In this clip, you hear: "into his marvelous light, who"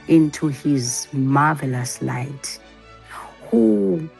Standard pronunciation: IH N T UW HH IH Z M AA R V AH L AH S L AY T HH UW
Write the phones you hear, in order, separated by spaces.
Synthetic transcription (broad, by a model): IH N T UW HH IH Z M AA V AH L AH S L AY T HH UW